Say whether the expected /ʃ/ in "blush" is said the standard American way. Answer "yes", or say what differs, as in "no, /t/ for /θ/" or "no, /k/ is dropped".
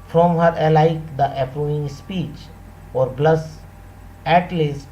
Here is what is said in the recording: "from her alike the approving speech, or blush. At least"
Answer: no, /s/ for /ʃ/